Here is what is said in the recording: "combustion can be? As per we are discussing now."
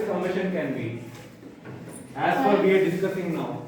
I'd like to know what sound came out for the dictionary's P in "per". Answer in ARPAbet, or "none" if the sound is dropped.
F